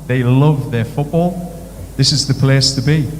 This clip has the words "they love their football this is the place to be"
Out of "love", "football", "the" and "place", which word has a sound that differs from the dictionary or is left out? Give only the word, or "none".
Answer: none